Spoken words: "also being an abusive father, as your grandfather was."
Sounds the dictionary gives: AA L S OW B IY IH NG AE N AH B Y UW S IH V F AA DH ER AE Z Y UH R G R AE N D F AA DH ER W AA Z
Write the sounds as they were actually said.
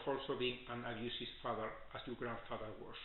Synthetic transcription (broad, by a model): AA L S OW B IY IH NG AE N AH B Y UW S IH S F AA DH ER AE S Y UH G R AE N D F AA DH ER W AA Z